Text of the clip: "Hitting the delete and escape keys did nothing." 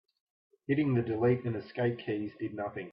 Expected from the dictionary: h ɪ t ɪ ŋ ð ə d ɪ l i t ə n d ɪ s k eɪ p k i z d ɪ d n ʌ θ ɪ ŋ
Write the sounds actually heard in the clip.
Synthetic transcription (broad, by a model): h ɪ t ɪ ŋ ð ə d ɪ l i t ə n ɪ s k eɪ p k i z d ɪ d n ʌ θ ɪ ŋ